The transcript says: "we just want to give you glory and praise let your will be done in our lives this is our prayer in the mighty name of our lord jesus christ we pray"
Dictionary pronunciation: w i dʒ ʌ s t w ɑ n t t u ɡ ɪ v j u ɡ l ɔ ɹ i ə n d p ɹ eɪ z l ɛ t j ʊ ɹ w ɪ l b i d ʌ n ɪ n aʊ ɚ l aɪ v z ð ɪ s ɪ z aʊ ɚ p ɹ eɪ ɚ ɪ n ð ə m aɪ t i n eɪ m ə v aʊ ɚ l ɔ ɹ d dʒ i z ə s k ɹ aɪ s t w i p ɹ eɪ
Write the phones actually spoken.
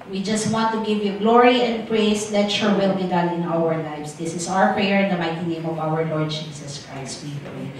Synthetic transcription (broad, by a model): w i dʒ ʌ s t w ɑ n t t u ɡ ɪ v j u ɡ l ɔ ɹ i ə n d p ɹ eɪ s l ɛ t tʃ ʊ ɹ w ɪ l b i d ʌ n ɪ n aʊ ɚ l aɪ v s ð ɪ s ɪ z aʊ ɚ p ɹ eɪ ɚ ɪ n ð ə m aɪ t i n eɪ m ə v aʊ ɚ l ɔ ɹ d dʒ i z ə s k ɹ aɪ s t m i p ɹ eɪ